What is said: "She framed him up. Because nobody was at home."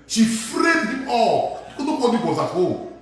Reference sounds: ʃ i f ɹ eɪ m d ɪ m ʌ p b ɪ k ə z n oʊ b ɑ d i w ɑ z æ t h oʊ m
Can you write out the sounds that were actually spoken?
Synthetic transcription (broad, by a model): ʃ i f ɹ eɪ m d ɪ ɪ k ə n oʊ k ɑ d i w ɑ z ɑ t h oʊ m